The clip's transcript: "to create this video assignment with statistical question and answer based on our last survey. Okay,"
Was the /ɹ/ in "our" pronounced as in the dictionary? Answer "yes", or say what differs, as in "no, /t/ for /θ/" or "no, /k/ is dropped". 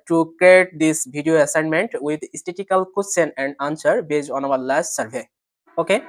no, /w/ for /ɹ/